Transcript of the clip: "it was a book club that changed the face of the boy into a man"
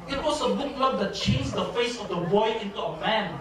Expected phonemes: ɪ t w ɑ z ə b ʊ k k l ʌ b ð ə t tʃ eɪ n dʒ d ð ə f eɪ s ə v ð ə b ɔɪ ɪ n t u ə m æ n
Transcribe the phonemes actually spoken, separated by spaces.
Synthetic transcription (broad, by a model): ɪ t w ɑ s ə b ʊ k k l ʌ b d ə t tʃ eɪ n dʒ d ə f eɪ s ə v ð ə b ɔɪ ɪ n t u ə m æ n